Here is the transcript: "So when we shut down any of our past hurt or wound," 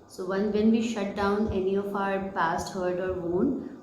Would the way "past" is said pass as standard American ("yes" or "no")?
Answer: yes